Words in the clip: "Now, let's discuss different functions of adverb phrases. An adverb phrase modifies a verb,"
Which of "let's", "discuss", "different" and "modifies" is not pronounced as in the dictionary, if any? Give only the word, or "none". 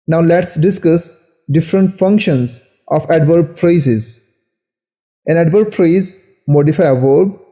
modifies